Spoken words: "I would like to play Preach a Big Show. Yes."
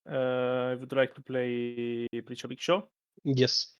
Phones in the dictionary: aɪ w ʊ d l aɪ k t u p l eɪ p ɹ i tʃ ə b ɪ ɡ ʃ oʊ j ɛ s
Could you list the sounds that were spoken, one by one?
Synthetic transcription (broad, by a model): aɪ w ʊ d l aɪ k t u p l eɪ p l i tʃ ə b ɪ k ʃ oʊ j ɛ s